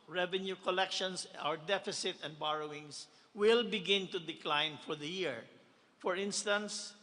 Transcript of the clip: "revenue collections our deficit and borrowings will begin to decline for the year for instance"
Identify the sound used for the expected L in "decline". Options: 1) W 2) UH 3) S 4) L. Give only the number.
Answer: 4